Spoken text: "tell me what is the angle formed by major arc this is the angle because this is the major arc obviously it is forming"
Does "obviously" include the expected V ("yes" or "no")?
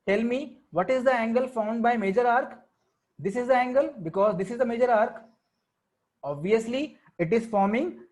yes